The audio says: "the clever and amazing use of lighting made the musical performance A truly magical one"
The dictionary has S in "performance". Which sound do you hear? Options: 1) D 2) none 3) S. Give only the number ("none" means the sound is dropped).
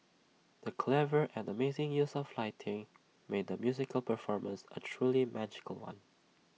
3